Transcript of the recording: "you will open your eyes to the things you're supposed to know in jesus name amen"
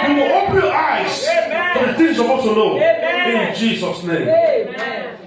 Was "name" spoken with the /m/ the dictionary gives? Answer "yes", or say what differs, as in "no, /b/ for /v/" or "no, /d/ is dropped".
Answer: no, /m/ is dropped